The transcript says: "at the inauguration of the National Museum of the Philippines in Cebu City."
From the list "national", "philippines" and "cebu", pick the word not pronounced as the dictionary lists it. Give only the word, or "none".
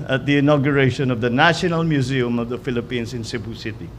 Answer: philippines